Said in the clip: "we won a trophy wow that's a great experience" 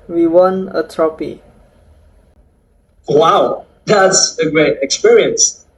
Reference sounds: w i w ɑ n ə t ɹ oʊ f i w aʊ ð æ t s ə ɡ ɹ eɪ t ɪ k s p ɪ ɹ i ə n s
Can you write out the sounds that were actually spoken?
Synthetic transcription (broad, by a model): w i w ɑ n ə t ɹ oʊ p i w aʊ ð æ t s ə ɡ ɹ eɪ t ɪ k s p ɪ ɹ i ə n s